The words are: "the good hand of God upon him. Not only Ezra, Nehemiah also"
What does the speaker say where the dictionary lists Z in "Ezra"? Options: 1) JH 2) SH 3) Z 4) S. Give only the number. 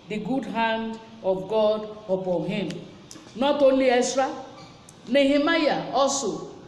4